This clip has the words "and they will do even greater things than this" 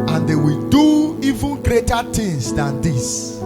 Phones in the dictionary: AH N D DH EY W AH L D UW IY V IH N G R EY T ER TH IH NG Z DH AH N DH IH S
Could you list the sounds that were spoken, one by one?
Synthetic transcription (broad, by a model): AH N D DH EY W AH L D UW IY V IH N G R EY T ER T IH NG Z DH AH N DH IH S